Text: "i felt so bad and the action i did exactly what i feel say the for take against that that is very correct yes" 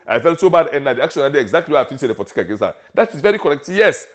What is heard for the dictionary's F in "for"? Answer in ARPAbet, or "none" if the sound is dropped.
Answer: P